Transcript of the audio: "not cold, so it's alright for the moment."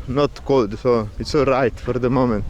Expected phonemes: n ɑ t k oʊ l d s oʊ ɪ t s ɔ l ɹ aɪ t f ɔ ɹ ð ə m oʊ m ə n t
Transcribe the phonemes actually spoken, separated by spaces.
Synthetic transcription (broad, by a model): n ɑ t k oʊ l d s oʊ ɪ t s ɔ ɹ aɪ t f ɔ ɹ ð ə m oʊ m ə n t